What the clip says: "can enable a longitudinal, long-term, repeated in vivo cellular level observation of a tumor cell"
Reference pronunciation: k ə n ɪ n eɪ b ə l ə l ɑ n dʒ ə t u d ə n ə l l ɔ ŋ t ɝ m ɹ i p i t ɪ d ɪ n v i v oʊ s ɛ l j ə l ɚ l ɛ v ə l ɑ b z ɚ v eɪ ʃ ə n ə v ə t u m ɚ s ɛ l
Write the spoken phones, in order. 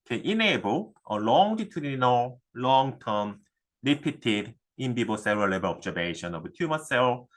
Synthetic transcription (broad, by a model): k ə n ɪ n eɪ b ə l ə l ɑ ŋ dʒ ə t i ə n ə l l ɔ ŋ t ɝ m l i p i t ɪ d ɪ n b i b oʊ s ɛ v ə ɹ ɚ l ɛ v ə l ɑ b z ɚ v eɪ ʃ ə n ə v ə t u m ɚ s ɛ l